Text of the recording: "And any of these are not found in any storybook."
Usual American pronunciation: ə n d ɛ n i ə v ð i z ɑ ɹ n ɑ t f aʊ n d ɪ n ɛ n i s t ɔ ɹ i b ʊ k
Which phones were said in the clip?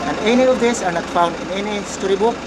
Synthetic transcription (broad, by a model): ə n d ɛ n i ə v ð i s ɑ ɹ n ɑ t f aʊ n d ɪ n ɛ n i s t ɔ ɹ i b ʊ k